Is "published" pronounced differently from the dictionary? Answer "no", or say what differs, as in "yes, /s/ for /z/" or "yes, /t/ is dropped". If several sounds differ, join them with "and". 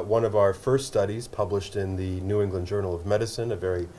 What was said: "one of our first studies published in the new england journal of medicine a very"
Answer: no